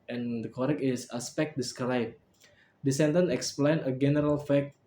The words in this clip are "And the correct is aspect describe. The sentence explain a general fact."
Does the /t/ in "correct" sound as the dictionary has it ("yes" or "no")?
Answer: no